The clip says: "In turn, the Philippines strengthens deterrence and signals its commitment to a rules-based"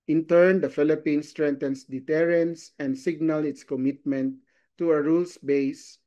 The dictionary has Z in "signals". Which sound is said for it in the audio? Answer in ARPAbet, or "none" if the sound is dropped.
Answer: none